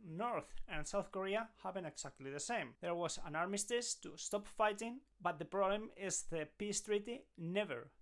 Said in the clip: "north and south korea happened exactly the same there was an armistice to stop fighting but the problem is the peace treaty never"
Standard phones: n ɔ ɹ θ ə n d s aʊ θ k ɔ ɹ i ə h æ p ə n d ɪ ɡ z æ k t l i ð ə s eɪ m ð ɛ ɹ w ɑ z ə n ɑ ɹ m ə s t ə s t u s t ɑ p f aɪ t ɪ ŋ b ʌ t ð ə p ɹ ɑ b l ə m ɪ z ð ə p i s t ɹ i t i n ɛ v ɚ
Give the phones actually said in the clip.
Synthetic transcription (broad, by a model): n ɔ ɹ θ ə n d s aʊ θ k ɔ ɹ i ə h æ b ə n ɪ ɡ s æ k t l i ð ə s eɪ m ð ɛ ɹ w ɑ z ə n ɑ ɹ m ə s t ə s t u s t ɑ p f aɪ t ɪ ŋ b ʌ t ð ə p ɹ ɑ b l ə m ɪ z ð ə p i s t ɹ i t i n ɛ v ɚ